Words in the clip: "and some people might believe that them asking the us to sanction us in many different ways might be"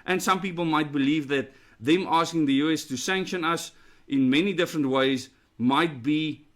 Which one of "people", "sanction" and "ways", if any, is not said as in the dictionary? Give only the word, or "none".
none